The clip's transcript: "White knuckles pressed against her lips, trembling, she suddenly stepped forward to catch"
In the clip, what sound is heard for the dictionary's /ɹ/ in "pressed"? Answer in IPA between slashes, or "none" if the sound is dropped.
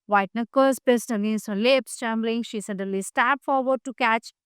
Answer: none